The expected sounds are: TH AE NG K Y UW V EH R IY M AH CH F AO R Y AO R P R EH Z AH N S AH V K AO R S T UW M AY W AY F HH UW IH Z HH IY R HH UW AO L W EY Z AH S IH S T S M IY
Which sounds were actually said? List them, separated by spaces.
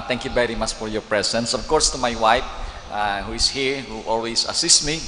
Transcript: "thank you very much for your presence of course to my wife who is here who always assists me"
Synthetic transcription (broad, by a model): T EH NG K Y UW V EH R IY M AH CH F AO R Y AO R P R EH S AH N S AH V K AO R S T UW M AY W AY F HH UW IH S HH IY R HH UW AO L W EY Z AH S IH S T M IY